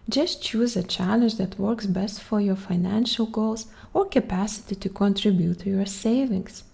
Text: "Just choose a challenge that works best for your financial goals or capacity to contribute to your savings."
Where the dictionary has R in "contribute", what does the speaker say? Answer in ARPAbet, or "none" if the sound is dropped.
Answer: R